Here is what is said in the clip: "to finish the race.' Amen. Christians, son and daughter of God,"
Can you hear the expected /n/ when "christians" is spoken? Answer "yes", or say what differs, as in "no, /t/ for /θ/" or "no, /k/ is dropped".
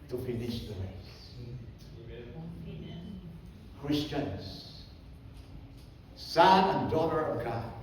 yes